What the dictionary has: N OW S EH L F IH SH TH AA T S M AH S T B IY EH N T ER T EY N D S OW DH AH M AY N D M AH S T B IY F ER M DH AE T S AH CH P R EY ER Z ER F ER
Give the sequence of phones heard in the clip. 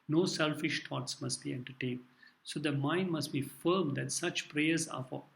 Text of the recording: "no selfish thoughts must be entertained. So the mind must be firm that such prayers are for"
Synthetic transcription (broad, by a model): N OW S EH L F IH SH T AA T S M AH S T B IY EH N T ER T EY N D S OW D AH M AY N D M AH S T B IY F ER M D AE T S AH CH P R EY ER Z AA F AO